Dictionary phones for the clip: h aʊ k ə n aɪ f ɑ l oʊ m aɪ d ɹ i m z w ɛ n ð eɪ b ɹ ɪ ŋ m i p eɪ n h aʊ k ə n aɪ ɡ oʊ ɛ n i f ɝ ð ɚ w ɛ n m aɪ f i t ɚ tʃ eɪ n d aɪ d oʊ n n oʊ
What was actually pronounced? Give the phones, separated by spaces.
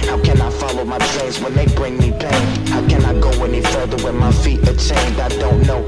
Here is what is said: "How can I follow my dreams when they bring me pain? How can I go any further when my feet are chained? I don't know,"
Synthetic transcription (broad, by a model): h aʊ k ə n aɪ f ɑ l oʊ m aɪ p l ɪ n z w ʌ n ð eɪ b ɹ ɪ ŋ m i b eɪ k h aʊ k ə n aɪ ɡ oʊ ɛ n i f ɝ ð ɚ w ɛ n m aɪ f i t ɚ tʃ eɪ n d aɪ d oʊ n n oʊ